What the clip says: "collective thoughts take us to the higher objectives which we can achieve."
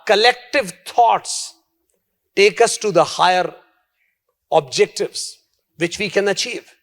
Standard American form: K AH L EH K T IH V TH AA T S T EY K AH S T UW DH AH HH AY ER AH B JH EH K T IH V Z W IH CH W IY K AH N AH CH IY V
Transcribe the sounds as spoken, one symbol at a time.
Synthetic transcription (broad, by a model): K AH L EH K T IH V T AA T S T EY K AH S T UW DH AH HH AY ER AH B JH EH K T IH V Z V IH CH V IY K AH N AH CH IY V